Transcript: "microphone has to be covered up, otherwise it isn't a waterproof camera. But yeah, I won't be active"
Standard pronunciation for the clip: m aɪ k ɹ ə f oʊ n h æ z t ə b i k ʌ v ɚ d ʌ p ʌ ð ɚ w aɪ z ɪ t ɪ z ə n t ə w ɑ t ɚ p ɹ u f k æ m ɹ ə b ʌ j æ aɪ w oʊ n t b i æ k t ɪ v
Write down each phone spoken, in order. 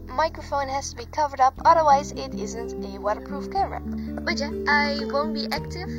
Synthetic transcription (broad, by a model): m aɪ k ɹ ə f oʊ n h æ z t ə b i k ʌ v ɚ d ʌ p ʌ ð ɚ w aɪ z ɪ t ɪ z ə n t ə w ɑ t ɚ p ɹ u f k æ ɹ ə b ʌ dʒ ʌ aɪ w oʊ n t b i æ k t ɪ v